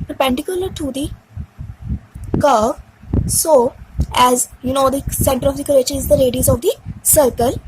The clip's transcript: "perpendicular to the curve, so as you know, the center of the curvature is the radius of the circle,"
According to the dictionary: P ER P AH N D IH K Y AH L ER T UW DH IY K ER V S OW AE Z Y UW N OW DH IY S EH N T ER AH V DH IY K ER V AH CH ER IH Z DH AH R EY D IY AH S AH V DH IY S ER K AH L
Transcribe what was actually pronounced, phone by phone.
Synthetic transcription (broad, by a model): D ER P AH N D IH K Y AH L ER T UW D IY K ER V S OW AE Z Y UW N OW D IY S EH N T ER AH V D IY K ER AH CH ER IH Z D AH R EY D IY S AH V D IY S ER K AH L